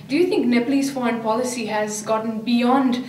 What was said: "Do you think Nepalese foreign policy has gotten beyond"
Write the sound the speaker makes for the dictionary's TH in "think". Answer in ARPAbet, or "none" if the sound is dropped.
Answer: T